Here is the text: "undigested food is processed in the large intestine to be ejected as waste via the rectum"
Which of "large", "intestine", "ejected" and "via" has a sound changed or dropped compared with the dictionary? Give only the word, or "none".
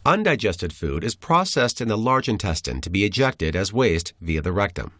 none